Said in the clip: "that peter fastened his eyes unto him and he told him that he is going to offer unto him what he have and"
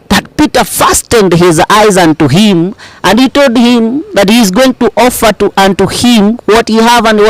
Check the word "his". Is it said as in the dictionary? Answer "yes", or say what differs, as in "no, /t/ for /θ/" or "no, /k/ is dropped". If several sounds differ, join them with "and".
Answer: yes